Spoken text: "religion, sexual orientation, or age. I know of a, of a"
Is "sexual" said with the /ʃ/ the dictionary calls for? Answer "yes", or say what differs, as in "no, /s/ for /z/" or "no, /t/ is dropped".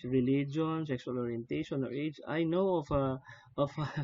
no, /s/ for /ʃ/